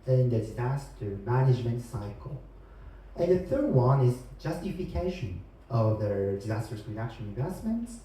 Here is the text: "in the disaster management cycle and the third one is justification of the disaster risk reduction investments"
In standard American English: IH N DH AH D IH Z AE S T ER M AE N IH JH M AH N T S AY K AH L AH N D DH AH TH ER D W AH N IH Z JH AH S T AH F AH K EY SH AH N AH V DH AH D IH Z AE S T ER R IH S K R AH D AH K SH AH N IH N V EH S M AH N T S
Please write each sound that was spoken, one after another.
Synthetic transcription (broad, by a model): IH N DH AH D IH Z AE S T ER M AE N IH JH M AH N T S AY K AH L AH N DH AH TH ER D W AH N IH Z JH AH S T AH F AH K EY SH AH N AH V DH AH D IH Z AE S T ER R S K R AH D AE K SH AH L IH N V EH S M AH N T S